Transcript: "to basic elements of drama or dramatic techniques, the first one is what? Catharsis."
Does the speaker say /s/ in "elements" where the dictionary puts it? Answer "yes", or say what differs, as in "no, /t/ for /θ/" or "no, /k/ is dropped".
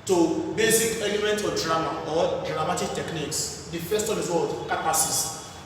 no, /s/ is dropped